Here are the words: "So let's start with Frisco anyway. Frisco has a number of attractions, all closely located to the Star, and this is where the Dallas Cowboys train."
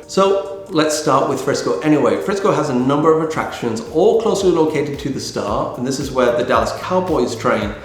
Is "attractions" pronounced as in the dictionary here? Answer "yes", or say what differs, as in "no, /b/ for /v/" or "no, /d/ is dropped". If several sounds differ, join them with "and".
yes